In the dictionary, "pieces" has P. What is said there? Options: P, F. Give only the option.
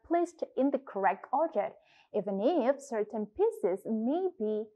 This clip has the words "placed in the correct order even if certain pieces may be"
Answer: P